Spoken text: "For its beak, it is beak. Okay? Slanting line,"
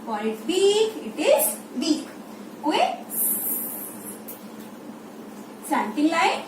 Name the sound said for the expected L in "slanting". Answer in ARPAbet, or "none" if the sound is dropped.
none